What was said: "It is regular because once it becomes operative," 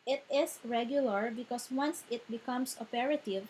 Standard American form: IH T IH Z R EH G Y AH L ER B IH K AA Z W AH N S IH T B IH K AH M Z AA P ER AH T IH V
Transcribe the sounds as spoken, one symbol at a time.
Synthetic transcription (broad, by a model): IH T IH S R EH G Y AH L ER B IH K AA S W AH N S IH T B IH K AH M S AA P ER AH T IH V